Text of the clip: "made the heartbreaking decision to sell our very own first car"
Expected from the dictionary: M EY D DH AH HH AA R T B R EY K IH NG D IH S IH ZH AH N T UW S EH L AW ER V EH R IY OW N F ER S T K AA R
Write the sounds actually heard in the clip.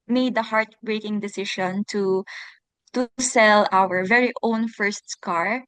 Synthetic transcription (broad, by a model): M EY D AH HH AA R T B R EY K IH NG D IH S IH SH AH N T UW S EH L AW ER V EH R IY OW N F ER S T K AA R